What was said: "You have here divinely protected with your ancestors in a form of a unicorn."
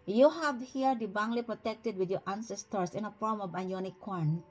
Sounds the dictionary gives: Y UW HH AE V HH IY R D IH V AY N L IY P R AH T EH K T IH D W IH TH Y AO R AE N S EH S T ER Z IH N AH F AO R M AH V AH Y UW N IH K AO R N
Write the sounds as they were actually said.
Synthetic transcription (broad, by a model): Y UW HH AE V HH IY R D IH B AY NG L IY P R AH T EH K T IH D W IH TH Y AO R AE N S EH S T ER S IH N AH F AO R M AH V AH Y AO N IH K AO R N